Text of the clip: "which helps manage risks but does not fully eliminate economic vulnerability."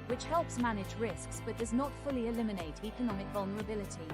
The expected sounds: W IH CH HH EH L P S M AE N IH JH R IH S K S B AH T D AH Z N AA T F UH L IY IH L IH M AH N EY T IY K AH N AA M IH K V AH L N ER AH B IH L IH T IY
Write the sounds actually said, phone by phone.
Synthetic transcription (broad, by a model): W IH CH HH EH L P S M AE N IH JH R IH S K S B AH T D AH Z N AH T F UH L IY IH L IH M AH N EY T IY K AH N AA M IH K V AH L N ER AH B IH L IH T IY